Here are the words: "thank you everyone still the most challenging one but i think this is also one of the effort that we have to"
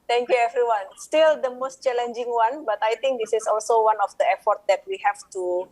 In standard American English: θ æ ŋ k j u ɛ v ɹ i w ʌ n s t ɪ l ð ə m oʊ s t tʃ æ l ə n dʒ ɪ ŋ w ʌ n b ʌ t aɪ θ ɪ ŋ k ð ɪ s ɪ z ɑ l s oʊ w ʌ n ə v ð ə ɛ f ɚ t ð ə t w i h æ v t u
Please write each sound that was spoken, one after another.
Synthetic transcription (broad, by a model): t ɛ ŋ k j u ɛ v ɹ i w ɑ n s t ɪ l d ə m oʊ s t tʃ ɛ l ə n dʒ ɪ ŋ w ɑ n b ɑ t aɪ t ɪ ŋ k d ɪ s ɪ s ɑ l s oʊ w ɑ n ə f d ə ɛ f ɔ t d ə t w i h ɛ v t u